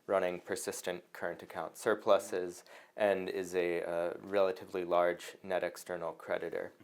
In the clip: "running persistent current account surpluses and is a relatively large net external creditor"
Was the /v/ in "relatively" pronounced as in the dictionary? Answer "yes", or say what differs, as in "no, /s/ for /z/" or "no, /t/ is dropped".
yes